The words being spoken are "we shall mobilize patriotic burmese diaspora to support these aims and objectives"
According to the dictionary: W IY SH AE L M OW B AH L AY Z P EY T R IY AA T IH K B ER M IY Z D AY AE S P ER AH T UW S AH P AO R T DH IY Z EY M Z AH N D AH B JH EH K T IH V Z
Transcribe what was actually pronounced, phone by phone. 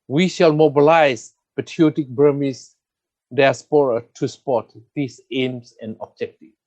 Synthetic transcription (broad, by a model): W IY SH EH L M OW B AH L AY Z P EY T IY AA T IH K B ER M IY S D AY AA S P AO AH T UW S P AO T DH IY S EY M S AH N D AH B JH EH K T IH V